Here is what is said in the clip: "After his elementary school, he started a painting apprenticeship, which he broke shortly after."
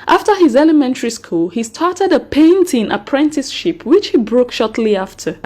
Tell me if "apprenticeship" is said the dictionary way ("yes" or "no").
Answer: yes